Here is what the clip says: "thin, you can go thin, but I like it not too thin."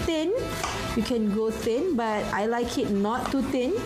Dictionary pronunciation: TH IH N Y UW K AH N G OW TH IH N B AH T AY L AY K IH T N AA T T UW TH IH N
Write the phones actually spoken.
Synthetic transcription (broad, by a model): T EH N Y UW K AH N G OW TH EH N B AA T AY L AY K IH T N AA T T UW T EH N